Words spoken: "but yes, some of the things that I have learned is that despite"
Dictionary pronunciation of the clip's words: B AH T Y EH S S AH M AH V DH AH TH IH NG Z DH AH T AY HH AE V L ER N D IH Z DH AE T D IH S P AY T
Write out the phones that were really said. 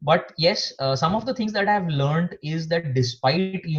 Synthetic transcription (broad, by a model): B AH T Y EH S S AH M AH V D AH T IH NG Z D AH T AY V L ER N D IH Z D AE T D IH S P AY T